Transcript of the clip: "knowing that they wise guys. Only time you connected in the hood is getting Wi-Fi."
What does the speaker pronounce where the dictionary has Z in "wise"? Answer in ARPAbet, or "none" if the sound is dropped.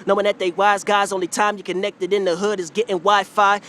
Z